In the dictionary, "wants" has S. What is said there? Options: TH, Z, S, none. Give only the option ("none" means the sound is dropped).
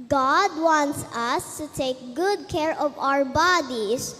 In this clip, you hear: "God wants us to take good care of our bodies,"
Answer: S